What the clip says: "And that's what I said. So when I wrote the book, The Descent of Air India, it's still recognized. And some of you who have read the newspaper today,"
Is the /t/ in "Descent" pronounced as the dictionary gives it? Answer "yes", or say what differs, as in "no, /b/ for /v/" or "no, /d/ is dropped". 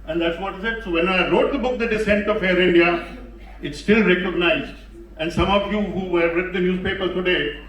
yes